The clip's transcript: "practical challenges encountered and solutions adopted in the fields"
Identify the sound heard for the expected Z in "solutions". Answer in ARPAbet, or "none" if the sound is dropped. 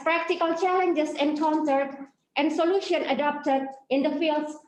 none